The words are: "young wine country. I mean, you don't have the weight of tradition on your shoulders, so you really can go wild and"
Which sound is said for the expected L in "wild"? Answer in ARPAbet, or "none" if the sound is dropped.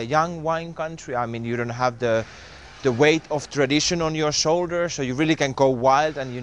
L